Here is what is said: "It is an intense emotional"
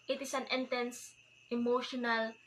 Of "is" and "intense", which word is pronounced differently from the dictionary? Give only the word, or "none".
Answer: is